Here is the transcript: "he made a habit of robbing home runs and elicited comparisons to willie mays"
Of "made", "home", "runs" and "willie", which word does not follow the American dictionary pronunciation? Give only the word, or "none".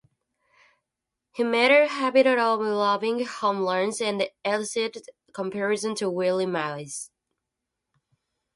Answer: runs